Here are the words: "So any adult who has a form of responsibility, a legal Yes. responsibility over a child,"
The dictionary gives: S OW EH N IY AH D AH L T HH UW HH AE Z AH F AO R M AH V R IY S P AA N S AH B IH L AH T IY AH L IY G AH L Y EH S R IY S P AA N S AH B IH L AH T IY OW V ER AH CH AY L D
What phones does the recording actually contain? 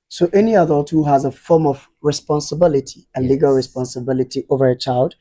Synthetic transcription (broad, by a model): S OW EH N IY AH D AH T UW HH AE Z AH F AO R M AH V R IY S P AA N S AH B IH L AH T IY AH L IY G AH L R IY S P AA N S AH B IH L AH T IY OW V ER AH CH AY L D